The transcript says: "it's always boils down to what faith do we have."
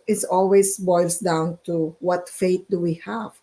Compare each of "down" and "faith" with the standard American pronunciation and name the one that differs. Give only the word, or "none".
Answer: faith